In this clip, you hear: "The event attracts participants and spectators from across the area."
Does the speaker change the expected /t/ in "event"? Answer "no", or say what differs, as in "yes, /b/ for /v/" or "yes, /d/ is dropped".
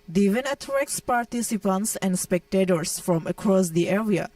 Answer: yes, /t/ is dropped